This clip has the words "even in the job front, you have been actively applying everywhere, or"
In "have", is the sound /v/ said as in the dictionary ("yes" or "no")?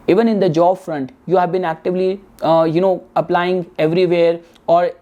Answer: yes